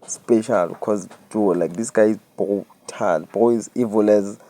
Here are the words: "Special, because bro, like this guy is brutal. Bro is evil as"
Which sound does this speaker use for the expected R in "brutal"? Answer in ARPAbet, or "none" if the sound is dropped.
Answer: none